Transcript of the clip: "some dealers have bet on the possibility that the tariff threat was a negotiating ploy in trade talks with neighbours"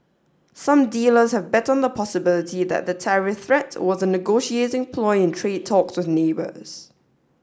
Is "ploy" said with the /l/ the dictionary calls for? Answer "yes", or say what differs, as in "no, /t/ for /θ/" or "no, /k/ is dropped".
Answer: yes